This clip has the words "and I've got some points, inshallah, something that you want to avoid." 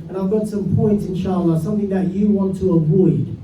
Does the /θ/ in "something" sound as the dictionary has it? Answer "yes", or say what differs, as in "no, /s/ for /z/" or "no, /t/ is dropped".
yes